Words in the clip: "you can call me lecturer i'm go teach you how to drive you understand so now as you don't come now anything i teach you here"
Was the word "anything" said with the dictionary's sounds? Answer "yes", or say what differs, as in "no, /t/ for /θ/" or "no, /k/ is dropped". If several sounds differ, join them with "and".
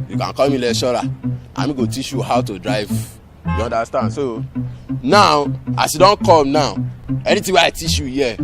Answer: no, /t/ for /θ/